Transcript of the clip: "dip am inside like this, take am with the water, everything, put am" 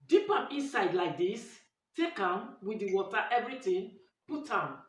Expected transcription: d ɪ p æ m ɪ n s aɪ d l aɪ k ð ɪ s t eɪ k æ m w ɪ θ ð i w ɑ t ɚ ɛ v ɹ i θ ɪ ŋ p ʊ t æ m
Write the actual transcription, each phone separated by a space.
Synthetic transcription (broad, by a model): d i p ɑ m ɪ n s aɪ d l aɪ k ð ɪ s t eɪ k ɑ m w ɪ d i w ɑ t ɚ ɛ v ɹ i t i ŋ p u t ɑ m